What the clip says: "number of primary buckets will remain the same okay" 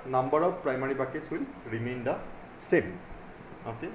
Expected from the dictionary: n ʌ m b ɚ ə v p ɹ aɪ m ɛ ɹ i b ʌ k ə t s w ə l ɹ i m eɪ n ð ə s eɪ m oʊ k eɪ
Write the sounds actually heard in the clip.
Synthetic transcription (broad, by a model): n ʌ m b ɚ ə b p ɹ aɪ m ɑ ɹ i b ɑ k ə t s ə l ɹ i m eɪ n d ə s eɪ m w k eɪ